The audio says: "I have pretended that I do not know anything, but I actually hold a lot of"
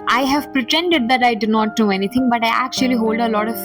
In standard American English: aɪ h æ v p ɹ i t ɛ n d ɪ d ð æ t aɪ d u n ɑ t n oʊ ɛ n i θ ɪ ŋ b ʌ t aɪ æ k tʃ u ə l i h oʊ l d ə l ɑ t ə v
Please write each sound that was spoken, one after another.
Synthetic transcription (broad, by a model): aɪ h æ v p ɹ i t ɛ n d ɪ d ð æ t aɪ d u n ɑ t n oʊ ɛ n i t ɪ ŋ b ʌ t aɪ æ k tʃ u ə l i h oʊ l d ə l ɑ t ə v